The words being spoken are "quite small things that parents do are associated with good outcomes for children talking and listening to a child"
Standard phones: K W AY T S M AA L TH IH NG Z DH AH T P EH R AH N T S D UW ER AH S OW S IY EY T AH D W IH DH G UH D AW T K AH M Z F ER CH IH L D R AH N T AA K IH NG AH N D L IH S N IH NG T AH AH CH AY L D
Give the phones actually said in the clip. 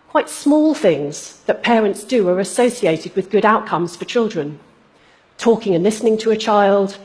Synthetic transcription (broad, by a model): K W AY T S M AA L TH IH NG Z DH AH T P EH R AH N T S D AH ER AH S OW S IY EY T AH D W IH DH G UH D AW T K AH M Z F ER CH IH L D R AH N T AA K IH NG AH N L IH S N IH NG T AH AH CH AY L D